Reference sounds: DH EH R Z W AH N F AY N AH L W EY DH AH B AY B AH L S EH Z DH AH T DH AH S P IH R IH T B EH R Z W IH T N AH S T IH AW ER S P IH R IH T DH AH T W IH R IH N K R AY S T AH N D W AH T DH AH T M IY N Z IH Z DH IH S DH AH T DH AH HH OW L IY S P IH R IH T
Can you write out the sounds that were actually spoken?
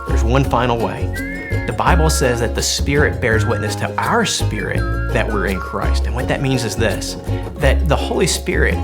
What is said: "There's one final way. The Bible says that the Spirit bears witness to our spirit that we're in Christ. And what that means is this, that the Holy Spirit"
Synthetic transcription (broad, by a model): DH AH R Z W AH N F AY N L W EY DH AH B AY B L S EH Z DH AH T DH AH S P IH R IH T B EH R Z W IH T N AH S T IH AW ER S P IH R IH T DH AH T W IH R IH N K R AY S T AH N W AH T DH AH T M IY N Z IH Z DH IH S DH AH T DH AH HH OW L IY S P IH R IH T